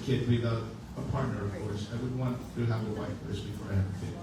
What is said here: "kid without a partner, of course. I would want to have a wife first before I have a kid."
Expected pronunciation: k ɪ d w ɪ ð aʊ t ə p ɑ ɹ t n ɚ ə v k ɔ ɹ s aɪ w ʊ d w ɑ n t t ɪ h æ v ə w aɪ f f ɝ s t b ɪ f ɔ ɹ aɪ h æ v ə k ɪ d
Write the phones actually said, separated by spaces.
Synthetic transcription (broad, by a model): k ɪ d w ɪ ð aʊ ə p ɑ ɹ t n ɚ ə v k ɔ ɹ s aɪ w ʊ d w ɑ n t t ɪ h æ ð ə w aɪ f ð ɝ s b ɪ f ɔ ɹ aɪ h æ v ə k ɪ